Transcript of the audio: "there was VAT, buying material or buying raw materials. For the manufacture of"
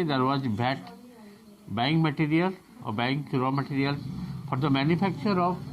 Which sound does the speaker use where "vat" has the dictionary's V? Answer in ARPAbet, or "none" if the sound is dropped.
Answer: B